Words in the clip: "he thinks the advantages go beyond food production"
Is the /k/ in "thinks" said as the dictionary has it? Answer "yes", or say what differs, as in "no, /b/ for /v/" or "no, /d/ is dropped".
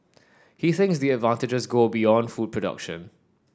yes